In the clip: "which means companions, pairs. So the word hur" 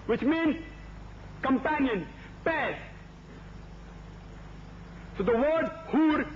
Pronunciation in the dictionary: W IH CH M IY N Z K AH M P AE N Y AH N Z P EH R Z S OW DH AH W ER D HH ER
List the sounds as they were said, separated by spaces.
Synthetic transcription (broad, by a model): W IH CH M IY N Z K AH M P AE N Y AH N P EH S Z S OW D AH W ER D HH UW